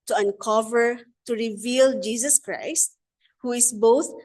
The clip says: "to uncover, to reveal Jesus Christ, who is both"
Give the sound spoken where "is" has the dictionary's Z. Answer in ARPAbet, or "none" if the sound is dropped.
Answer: S